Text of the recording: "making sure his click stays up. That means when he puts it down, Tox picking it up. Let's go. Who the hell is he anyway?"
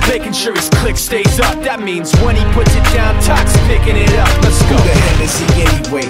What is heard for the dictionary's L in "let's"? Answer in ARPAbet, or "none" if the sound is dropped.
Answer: N